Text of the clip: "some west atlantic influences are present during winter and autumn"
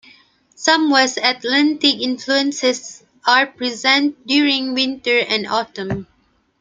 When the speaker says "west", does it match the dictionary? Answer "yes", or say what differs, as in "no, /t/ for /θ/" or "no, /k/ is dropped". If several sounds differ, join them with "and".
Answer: no, /t/ is dropped